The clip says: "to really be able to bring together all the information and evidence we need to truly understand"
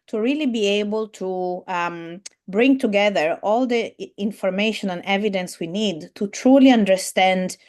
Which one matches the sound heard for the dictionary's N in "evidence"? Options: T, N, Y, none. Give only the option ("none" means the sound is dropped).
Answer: N